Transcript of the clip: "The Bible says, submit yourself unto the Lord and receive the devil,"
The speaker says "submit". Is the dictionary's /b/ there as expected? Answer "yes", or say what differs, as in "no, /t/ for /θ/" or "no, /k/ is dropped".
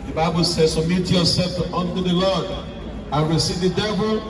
no, /b/ is dropped